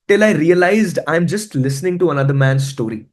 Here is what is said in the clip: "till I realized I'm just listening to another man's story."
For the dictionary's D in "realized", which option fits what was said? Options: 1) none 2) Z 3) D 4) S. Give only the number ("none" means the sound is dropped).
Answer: 3